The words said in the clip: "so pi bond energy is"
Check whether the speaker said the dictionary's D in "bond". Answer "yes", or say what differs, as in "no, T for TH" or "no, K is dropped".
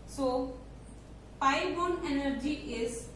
no, D is dropped